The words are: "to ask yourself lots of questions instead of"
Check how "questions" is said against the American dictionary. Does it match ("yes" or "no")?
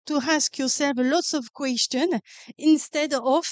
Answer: no